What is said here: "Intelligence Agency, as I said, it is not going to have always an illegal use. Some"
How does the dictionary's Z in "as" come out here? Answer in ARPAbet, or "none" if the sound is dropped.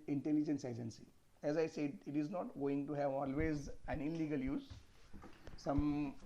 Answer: Z